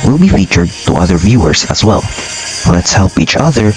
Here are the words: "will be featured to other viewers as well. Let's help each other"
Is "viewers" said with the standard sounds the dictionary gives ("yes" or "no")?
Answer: yes